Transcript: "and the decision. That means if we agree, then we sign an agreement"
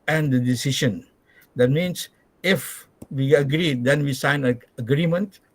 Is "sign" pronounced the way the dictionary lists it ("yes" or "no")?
no